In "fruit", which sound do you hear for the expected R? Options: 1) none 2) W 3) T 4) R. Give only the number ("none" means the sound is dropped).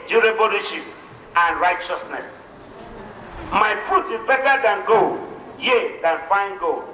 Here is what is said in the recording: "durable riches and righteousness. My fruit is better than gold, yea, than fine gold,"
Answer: 1